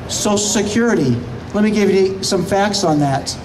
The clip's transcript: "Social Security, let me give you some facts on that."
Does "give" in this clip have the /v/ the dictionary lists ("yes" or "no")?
yes